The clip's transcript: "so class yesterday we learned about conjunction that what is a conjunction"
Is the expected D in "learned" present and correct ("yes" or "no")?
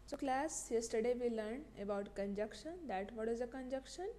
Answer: no